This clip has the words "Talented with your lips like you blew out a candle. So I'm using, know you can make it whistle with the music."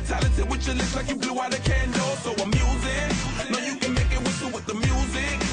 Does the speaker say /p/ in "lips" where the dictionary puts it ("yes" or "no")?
no